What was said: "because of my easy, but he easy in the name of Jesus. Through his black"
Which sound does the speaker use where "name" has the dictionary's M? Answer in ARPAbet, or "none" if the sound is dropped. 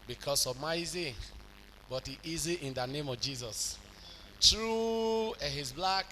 M